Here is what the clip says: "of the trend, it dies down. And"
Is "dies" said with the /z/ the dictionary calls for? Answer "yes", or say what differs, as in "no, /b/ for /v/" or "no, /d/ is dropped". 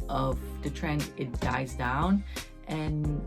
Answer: yes